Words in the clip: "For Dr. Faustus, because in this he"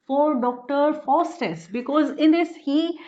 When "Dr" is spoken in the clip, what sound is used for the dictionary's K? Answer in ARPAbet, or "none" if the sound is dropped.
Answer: K